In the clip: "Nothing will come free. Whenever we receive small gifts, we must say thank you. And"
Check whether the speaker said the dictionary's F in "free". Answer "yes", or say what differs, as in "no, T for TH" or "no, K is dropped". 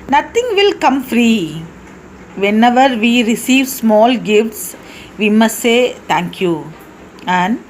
yes